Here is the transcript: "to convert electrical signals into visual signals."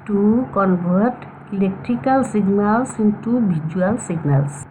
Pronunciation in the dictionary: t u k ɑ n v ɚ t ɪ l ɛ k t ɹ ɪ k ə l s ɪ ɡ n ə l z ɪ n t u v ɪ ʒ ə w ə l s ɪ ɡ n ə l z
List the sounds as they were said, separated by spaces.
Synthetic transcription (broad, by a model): t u k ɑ n b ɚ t ɪ l ɛ k t ɹ ɪ k ə l s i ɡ n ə l s ɪ n t u b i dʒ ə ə l s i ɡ n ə l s